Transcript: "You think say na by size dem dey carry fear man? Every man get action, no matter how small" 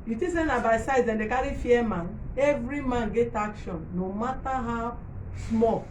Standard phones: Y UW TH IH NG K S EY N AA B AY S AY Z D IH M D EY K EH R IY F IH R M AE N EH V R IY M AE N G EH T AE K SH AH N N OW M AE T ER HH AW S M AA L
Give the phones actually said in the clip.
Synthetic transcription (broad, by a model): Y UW T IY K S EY N AA B AY S AY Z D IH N D EY K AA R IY F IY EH M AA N EH V R IY M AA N G EH T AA K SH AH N N OW M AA T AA HH AW S M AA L